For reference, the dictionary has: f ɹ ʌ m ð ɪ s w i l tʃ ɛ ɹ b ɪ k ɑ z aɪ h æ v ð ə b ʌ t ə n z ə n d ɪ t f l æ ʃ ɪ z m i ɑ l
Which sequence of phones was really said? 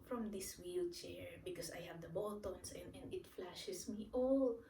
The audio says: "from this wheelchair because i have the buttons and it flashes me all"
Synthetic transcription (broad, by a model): f ɹ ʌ m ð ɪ s w i l tʃ ɛ ɹ b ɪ k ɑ s aɪ h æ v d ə b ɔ t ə n s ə n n ɪ t f l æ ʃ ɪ s m i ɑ l